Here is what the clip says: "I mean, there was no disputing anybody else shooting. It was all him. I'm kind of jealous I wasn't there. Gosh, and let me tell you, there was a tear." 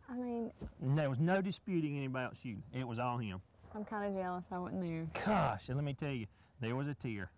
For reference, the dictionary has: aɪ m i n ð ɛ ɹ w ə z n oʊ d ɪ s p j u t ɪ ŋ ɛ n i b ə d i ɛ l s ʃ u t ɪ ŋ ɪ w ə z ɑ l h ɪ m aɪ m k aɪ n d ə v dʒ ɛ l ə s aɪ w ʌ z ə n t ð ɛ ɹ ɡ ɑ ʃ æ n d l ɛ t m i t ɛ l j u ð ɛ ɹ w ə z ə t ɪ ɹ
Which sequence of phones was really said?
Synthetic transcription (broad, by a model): aɪ m i n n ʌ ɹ w ə z n oʊ d ɪ s p j u t ɪ ŋ ɛ n i b ə d i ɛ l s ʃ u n ɪ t w ə z ɑ l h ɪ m aɪ m k aɪ n d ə dʒ ɛ l ə s aɪ w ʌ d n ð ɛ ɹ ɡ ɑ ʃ l ɛ t m i t ɛ l j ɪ ð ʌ ɹ w ə z ə t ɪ ɹ